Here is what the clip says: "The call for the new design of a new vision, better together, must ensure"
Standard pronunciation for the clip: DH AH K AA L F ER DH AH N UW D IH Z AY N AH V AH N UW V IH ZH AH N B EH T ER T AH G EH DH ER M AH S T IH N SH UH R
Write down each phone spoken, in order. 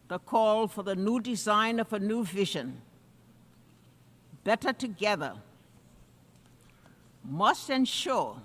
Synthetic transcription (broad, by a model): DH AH K AA L F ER DH AH N UW D IH Z AY N AH V AH N UW V IH ZH AH N B EH T ER T AH G EH DH ER M AH S T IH N SH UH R